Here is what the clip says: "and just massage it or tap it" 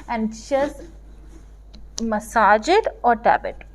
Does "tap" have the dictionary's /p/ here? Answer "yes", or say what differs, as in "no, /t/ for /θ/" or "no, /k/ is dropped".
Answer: no, /b/ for /p/